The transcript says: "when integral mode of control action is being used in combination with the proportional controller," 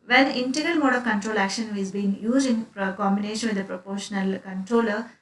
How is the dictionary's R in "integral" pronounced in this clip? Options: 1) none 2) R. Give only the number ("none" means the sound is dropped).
2